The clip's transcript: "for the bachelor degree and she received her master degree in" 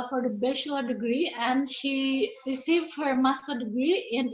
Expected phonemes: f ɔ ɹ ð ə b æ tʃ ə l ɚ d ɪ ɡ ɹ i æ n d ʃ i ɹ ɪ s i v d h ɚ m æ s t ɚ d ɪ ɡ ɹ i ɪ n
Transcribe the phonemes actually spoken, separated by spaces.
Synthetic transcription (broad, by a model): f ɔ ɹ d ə b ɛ ʃ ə ɚ d ɪ ɡ ɹ i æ n d ʃ i ɹ ɪ s i v d h ɚ m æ s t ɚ d ɪ ɡ ɹ i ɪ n